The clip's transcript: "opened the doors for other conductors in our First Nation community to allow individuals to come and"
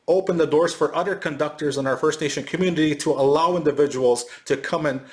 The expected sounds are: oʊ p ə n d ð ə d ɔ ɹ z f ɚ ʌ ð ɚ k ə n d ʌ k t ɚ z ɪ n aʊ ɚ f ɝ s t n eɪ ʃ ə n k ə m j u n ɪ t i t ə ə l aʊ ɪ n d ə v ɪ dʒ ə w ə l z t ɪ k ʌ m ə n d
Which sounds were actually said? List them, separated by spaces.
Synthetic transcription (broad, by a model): oʊ p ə n ð ə d ɔ ɹ z f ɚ ʌ ð ɚ k ə n d ʌ k t ɚ z ɪ n aʊ ɚ f ɝ s t n eɪ ʃ ə n k ə m j u n ɪ t i t ə ə l aʊ ɪ n d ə v ɪ dʒ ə w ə l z t ɪ k ʌ m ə n